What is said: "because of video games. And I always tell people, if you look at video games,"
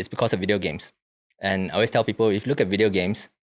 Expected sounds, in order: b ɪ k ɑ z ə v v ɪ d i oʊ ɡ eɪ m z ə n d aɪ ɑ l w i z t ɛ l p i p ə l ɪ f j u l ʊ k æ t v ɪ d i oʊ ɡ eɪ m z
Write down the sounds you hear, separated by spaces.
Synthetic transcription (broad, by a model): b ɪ k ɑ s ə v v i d i oʊ ɡ eɪ m s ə n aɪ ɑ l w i s t ɛ l p i p ə l ɪ f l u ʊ k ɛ t v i d i oʊ ɡ eɪ m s